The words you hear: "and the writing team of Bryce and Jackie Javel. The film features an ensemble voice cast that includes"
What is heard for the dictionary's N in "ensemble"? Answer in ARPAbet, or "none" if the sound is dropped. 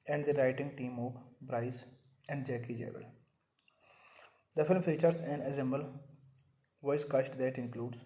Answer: none